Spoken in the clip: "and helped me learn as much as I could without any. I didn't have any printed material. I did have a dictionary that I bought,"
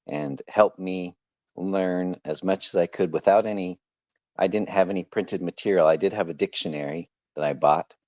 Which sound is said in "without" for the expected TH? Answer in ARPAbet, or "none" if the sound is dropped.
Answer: TH